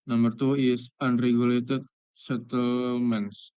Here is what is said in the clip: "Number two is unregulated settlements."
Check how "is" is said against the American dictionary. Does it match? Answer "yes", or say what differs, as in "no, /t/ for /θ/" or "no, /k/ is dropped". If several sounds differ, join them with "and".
no, /s/ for /z/